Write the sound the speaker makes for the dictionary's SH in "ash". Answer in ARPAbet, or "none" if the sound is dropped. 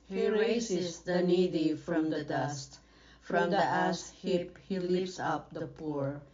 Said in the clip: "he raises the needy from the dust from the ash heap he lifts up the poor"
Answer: S